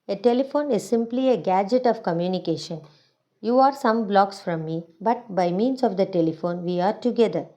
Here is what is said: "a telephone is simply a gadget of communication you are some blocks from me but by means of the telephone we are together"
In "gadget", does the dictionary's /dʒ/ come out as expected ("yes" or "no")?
yes